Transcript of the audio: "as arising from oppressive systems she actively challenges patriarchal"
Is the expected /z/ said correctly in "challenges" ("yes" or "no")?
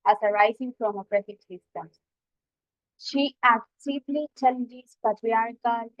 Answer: no